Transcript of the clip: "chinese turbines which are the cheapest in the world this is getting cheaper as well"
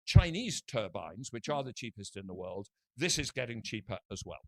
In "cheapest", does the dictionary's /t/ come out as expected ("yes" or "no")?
yes